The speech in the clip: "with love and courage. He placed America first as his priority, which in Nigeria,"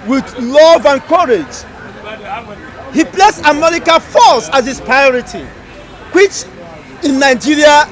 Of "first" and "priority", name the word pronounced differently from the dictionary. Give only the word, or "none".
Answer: first